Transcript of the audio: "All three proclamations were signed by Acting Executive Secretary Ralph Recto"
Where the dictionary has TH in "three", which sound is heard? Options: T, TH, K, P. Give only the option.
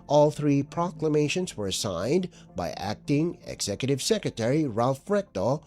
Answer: TH